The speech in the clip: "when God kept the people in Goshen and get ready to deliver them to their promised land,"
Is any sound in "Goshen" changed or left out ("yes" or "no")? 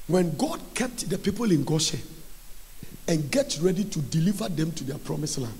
yes